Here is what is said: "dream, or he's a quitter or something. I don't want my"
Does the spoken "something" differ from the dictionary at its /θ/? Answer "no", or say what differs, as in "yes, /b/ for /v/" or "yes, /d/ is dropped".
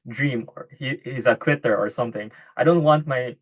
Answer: no